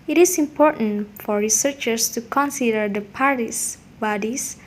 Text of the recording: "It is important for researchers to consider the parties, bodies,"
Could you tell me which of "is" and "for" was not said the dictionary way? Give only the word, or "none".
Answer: is